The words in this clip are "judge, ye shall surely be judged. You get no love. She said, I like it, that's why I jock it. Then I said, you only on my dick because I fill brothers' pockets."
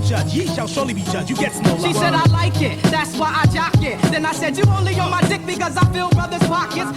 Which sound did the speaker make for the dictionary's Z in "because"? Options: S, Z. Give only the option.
Z